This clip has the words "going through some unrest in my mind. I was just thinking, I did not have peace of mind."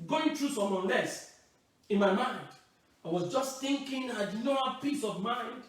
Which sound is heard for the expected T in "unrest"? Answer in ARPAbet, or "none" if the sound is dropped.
none